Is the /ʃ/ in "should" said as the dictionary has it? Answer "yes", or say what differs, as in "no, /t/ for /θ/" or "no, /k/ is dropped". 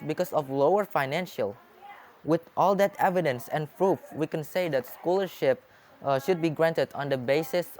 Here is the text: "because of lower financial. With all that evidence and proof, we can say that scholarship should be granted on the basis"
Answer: yes